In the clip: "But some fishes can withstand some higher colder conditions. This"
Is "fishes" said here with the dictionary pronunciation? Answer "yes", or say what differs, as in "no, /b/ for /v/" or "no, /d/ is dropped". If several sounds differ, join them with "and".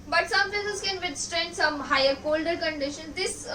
no, /s/ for /ʃ/